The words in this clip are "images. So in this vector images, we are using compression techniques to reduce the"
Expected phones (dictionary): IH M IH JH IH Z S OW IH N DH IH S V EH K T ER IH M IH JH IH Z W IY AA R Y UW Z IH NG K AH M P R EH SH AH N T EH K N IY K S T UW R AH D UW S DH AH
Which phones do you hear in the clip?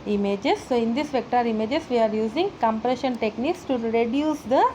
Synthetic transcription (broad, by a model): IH M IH JH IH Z S OW IH N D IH S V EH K T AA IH M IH JH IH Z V IY AA R Y UW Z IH NG K AH M P R EH SH AH N T EH K N IY K S T UW R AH D UW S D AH